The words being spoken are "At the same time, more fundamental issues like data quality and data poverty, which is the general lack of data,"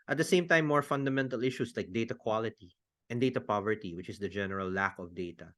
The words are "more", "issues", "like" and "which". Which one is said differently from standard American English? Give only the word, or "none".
issues